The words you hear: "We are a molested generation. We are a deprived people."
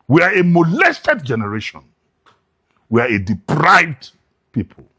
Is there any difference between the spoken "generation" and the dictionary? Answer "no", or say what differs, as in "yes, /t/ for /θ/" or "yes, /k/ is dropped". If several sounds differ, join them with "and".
no